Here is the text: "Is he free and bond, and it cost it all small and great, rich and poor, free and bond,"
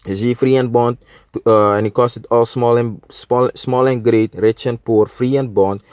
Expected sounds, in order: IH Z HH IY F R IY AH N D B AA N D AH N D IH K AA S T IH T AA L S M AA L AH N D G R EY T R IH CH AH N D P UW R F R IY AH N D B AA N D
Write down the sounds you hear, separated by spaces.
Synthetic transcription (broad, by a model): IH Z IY F R IY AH N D B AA N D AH N IH K AA S T IH T AA L S M AA L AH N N G R EY T R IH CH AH N P UW R F R IY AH N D B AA N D